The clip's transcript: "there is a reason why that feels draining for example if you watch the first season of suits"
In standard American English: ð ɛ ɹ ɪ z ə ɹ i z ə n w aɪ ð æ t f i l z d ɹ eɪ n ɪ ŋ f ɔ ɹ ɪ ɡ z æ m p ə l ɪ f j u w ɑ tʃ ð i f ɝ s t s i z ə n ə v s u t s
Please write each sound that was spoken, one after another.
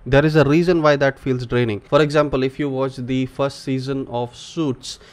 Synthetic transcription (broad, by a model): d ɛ ɹ ɪ z ə ɹ i z ə n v aɪ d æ t f i l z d ɹ eɪ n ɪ ŋ f ɔ ɹ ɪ ɡ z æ m p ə l ɪ f j u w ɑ tʃ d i f ɝ s t s i z ə n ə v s u t s